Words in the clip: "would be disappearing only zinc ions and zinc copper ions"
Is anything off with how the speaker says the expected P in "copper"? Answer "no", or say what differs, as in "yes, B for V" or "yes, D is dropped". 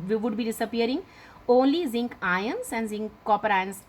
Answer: no